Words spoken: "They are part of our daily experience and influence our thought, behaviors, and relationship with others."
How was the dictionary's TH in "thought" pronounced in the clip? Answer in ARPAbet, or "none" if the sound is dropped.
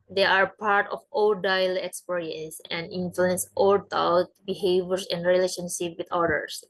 T